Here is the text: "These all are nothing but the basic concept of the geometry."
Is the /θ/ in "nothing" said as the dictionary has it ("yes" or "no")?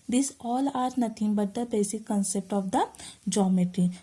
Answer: no